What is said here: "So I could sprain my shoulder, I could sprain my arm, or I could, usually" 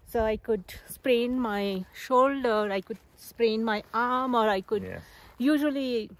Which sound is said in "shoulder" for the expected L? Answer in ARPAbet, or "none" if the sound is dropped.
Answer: L